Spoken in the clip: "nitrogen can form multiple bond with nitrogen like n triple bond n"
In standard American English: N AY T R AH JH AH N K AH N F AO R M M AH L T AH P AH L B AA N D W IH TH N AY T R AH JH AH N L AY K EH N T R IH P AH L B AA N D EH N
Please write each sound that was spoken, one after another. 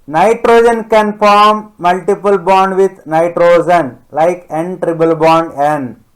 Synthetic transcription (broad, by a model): N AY T R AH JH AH N K AH N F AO R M M AH L T AH P AH L B AA N D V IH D N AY T R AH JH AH N L AY K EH N T R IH B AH L B AA N D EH N